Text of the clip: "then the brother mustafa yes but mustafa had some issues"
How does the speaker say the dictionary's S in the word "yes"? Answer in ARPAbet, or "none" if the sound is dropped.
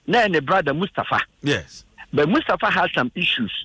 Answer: none